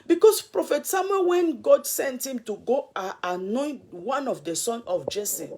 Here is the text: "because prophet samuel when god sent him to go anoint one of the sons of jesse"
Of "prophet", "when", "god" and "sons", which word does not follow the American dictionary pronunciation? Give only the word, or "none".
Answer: sons